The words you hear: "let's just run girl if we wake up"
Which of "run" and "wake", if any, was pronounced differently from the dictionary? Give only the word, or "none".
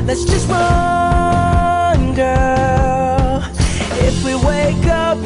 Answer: run